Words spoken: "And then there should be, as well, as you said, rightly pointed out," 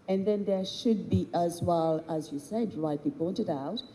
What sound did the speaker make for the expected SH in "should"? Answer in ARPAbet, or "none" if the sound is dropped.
SH